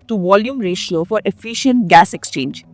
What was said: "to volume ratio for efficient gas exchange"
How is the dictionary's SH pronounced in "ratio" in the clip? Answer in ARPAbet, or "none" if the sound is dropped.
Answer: SH